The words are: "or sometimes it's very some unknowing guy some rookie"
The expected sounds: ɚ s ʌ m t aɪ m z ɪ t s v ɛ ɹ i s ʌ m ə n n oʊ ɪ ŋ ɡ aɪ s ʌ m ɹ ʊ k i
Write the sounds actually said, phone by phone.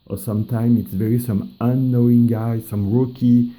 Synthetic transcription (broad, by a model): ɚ s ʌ m t aɪ m ɪ t s v ɛ ɹ i s ʌ m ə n n oʊ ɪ ŋ ɡ aɪ s ʌ m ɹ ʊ k i